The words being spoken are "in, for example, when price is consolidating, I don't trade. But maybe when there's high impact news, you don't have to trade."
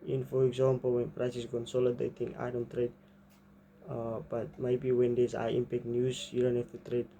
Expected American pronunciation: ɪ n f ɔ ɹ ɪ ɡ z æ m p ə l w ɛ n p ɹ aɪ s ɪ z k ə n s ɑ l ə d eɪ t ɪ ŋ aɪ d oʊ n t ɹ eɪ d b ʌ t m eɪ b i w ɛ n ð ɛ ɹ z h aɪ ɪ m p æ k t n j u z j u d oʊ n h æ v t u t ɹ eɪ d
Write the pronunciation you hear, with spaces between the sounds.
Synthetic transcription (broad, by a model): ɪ n f ɔ ɹ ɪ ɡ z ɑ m p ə l w ɛ n p ɹ aɪ s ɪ s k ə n s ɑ l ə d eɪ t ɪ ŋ aɪ d oʊ n t ɹ eɪ d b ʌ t m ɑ b i w ɛ n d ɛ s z aɪ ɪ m p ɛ k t n j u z j u d oʊ n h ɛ f t u t ɹ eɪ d